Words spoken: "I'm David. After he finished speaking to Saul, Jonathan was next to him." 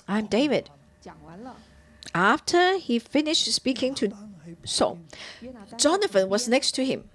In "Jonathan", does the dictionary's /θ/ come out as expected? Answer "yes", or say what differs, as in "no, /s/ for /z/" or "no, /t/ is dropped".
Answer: no, /f/ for /θ/